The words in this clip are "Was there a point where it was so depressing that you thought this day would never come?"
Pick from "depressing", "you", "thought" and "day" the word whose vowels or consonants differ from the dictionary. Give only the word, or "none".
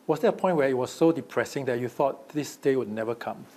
none